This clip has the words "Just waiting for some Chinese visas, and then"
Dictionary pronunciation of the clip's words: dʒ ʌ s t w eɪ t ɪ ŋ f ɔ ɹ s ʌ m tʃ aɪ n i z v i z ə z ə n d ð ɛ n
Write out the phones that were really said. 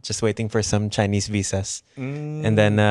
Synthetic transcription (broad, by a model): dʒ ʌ s t w eɪ t ɪ ŋ f ɔ ɹ s ʌ m tʃ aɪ n i s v i s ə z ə n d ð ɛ n